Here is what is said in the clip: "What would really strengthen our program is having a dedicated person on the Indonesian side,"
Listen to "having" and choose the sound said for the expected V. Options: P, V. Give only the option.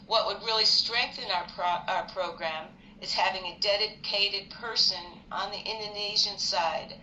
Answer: V